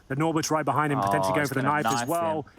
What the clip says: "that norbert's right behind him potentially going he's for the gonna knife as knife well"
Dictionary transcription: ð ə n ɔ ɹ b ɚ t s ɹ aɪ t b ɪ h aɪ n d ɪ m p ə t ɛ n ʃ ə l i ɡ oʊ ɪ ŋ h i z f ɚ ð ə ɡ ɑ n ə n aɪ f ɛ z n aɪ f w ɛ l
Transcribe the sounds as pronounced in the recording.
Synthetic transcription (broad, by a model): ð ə n ɔ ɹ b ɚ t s ɹ aɪ t b ɪ h aɪ n d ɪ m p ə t ɛ n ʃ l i ɡ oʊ ɪ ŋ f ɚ ð ə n ɑ ə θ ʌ z w ɛ l